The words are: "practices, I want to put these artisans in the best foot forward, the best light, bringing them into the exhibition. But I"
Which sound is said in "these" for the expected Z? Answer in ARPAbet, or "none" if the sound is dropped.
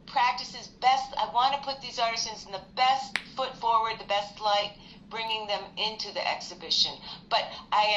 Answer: Z